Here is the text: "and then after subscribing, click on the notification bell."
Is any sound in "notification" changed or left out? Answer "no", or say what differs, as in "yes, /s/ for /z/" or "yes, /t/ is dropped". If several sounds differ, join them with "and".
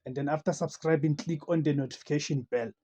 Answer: no